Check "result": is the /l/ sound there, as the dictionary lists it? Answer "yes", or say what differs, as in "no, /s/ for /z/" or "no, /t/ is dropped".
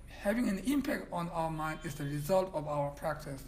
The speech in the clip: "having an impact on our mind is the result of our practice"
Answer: yes